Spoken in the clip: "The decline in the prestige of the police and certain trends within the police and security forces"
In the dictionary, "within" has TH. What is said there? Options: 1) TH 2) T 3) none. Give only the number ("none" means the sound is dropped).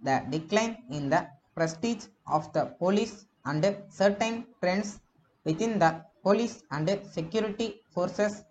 2